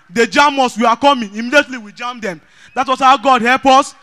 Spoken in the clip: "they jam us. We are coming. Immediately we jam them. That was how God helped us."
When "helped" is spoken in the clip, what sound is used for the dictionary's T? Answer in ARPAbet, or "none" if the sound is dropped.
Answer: none